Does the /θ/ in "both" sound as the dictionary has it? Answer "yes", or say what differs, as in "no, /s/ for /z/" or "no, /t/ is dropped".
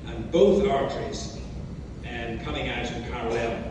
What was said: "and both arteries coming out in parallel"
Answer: yes